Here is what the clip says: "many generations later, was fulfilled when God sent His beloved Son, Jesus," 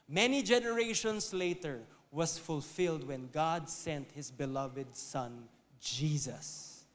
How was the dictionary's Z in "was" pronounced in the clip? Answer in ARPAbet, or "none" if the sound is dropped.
S